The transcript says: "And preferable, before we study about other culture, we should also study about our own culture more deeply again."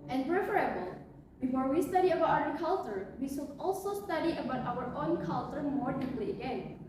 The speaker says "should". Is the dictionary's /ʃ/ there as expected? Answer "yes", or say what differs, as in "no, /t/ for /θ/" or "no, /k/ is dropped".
no, /s/ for /ʃ/